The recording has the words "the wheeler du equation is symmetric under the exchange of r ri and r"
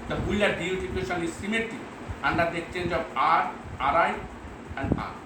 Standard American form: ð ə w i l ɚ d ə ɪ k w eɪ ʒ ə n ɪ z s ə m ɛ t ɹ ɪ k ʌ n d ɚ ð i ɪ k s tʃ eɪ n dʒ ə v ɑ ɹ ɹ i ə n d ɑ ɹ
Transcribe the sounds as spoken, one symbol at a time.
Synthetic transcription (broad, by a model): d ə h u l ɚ d ə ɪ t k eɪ ʃ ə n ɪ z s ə m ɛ t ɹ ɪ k ʌ n d ɚ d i ɪ k s tʃ eɪ n dʒ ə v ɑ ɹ ɹ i ə n d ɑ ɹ